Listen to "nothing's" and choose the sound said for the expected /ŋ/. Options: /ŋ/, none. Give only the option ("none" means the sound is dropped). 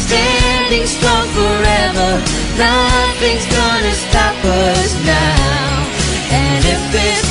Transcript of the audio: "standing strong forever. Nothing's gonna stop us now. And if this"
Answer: /ŋ/